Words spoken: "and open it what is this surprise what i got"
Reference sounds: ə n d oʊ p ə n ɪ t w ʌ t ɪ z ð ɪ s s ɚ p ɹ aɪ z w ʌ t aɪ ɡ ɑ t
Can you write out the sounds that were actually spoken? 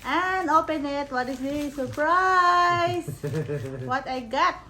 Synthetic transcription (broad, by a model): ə n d oʊ p ə n ɪ t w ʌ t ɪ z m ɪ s s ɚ p ɹ aɪ s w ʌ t aɪ ɡ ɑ t